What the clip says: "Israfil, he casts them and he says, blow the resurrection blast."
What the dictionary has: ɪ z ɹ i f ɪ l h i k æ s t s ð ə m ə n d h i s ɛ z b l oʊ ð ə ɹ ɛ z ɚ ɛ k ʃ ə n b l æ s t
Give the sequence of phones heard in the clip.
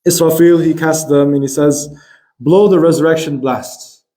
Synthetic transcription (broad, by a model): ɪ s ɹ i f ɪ l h i k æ s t ð ə m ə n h i s ɛ z b l oʊ ð ə ɹ ɛ z ɚ ɛ k ʃ ə n b l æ s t